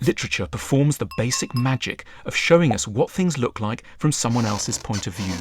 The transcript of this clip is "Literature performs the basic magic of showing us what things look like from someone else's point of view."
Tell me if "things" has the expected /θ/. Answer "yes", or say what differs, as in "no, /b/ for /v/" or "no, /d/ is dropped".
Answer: yes